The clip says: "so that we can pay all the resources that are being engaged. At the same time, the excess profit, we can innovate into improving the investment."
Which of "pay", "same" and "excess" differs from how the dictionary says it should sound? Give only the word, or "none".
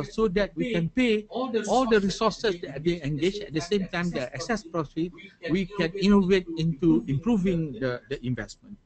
none